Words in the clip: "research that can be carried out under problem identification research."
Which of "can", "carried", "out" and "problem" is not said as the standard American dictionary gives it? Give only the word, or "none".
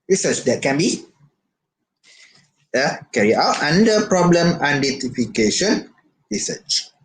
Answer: carried